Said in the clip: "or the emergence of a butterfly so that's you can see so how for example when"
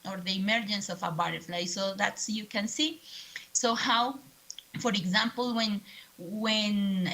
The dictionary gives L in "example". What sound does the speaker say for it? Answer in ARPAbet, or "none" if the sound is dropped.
N